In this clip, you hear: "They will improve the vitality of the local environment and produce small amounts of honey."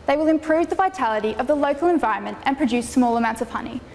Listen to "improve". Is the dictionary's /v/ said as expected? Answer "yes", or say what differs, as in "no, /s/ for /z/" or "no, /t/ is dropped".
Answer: yes